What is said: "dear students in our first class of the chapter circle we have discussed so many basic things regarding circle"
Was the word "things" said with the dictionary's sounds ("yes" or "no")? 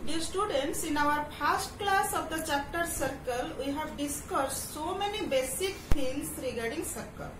no